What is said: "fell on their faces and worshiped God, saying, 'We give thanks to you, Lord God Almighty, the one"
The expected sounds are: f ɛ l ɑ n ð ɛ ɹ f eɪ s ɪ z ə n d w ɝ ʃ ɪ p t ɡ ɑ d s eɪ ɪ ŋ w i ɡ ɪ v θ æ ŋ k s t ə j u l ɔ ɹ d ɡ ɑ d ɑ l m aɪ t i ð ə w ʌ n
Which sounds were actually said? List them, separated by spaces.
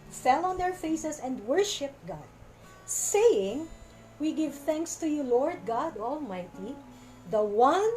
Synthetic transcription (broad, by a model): f ɛ l ɑ n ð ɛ ɹ f eɪ s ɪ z ə n d w ɝ ʃ ɪ p t ɡ ɑ d s eɪ ɪ ŋ w i ɡ ɪ v θ æ ŋ k s t ə j u l ɔ ɹ d ɡ ɑ d ɑ l m aɪ t i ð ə w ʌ n